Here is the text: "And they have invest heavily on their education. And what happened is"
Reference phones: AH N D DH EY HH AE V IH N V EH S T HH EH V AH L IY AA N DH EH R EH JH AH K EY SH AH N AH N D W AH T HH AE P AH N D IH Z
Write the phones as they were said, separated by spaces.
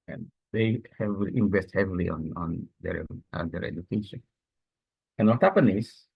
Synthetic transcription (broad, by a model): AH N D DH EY HH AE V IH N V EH S T HH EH V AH L IY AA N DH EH R EH JH AH K EY SH AH N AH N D W AH T HH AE P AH N IH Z